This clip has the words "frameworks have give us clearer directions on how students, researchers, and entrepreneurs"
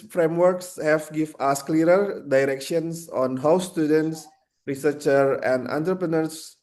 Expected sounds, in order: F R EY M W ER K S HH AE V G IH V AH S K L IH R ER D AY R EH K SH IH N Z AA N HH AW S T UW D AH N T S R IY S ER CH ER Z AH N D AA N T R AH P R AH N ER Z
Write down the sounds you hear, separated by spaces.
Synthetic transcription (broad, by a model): F R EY M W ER K S HH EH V G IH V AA S K L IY R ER D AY R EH K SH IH N S AA N HH AW S T UW D AH N T S R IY S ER CH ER AH N D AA N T R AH P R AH N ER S